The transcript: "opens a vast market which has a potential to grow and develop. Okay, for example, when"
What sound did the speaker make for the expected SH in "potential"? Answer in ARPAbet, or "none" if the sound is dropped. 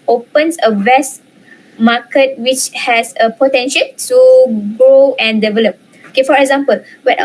SH